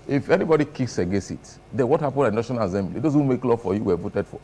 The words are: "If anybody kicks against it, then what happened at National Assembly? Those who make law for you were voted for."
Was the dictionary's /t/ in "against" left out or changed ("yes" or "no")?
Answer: yes